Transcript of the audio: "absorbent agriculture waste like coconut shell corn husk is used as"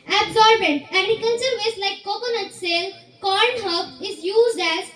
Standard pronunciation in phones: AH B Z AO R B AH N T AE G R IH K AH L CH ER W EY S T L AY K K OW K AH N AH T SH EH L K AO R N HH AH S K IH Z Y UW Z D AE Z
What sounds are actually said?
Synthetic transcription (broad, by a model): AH B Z AO R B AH N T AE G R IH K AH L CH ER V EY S L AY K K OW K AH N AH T S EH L K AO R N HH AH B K IH Z Y UW Z D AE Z